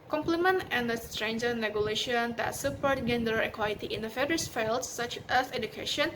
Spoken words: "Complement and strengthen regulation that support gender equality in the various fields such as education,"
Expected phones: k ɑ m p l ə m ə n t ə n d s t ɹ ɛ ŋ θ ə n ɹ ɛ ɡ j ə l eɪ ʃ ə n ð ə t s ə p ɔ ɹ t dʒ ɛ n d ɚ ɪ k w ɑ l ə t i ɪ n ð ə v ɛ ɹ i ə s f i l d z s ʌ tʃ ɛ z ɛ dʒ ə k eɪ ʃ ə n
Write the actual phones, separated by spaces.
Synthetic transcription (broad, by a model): k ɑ m p l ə m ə n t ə n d s t ɹ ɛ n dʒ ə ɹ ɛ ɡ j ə l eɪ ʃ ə n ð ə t s ə p ɔ ɹ t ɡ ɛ n d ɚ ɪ k w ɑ l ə t i ɪ n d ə f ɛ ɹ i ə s f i l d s s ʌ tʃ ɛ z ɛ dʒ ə k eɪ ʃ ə n